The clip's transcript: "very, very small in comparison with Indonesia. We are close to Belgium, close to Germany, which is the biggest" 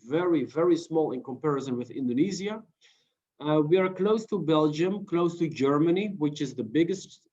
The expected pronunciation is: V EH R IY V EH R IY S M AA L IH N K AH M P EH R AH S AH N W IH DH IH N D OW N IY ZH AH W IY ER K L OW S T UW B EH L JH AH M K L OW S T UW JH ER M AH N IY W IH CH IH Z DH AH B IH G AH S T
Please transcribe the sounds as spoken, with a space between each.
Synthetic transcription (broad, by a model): V EH R IY V EH R IY S M AA L IH N K AH M P EH R AH S AH N W IH DH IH N D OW N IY Z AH W IY ER K L OW S T UW B EH L JH AH M K L OW S T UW JH ER M AH N IY W IH CH IH Z DH AH B IH G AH S T